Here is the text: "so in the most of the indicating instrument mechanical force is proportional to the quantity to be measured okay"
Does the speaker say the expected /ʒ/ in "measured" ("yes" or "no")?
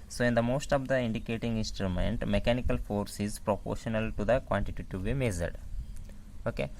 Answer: no